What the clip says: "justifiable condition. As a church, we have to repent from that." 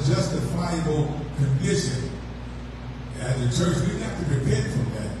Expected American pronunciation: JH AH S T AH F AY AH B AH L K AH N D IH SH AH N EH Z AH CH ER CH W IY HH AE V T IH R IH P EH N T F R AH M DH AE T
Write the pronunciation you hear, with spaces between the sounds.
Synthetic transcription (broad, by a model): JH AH S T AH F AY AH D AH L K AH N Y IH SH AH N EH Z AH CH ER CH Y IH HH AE F T IH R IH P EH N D F R AH M DH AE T